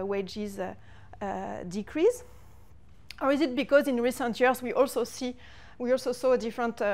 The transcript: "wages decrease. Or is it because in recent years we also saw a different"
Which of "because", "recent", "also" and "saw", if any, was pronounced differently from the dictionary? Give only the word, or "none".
none